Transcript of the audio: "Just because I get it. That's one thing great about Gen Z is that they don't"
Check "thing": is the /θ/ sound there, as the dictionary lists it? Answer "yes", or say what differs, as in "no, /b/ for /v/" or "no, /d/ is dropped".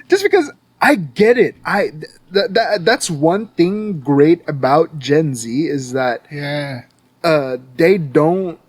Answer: yes